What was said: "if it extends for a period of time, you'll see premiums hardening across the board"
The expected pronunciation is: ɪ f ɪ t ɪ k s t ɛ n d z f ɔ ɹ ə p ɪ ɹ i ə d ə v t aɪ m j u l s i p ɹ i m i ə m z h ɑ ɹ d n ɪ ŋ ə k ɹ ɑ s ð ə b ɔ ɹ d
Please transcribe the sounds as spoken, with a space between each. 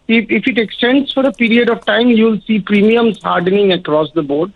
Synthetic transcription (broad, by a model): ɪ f ɪ t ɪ k s t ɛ n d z f ɔ ɹ ə p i ɹ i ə d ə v t aɪ m j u l s i p ɹ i m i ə m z h ɑ ɹ d n ɪ ŋ ə k ɹ ɑ s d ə b ɔ ɹ d